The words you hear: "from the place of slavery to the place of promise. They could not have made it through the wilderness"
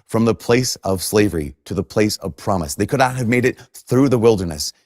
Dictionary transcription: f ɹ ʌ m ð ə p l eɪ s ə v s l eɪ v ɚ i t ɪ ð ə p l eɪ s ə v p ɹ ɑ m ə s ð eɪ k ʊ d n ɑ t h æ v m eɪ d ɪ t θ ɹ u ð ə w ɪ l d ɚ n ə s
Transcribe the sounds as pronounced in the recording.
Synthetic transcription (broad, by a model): f ɹ ʌ m ð ə p l eɪ s ə v s l eɪ v ɚ i t ɪ ð ə p l eɪ s ə v p ɹ ɑ m ə s ð eɪ k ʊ d n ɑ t h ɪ v m eɪ d ɪ t θ ɹ u ð ə w ɪ l d ɚ n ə s